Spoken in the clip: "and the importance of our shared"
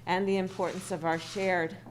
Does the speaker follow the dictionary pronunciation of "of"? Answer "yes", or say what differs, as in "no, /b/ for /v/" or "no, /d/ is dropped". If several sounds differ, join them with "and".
yes